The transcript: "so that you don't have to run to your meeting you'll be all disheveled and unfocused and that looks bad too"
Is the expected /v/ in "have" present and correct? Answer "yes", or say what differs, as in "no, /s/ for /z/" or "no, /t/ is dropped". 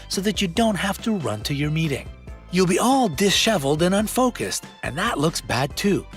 no, /f/ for /v/